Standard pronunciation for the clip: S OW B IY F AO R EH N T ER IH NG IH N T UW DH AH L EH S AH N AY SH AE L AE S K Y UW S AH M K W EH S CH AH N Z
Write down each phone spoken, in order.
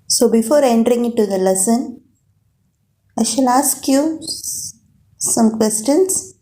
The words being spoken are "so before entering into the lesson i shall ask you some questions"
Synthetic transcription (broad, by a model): S OW B IY F AO R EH N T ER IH NG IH T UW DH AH L EH S AH N AY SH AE L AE S K Y UW S AH M K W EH S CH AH N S